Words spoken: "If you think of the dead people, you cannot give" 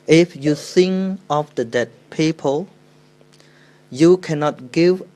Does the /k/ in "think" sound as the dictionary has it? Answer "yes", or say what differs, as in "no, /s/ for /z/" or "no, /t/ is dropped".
no, /k/ is dropped